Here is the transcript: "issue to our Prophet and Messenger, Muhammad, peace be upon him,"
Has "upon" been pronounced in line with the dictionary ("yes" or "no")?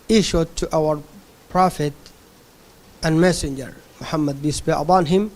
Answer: no